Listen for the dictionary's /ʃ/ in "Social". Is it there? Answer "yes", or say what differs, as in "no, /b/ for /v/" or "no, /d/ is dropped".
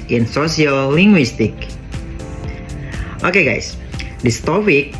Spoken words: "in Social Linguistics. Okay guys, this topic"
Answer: no, /s/ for /ʃ/